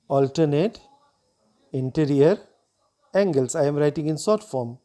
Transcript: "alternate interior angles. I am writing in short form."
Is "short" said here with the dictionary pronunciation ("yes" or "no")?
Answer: no